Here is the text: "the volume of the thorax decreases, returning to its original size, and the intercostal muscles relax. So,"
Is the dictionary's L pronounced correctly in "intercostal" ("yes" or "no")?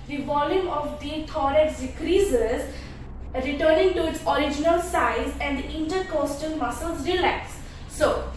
no